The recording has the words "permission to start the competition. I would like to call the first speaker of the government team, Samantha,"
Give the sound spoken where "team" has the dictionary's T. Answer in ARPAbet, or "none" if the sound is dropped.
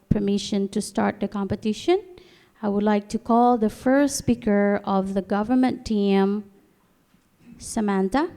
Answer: T